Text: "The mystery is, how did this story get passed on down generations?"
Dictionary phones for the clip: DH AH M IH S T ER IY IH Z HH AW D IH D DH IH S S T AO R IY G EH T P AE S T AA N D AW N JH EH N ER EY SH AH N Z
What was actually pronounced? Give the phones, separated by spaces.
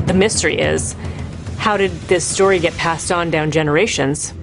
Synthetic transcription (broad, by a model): DH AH M IH S T ER IY IH Z HH AW D IH D DH IH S S T AO R IY G EH T P AE S T N D AW N JH EH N ER EY SH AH N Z